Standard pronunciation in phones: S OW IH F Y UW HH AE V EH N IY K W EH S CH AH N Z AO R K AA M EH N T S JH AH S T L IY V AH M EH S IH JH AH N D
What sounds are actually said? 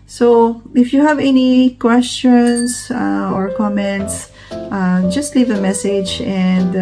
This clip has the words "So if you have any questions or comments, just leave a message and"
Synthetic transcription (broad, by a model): S OW IH F Y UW HH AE V EH N IY K W EH S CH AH N S AO R K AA M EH N T S JH AH S T L IY V AH M EH S IH JH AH N D